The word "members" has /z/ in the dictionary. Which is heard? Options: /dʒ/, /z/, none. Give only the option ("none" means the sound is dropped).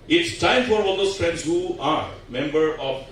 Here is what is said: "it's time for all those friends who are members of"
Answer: none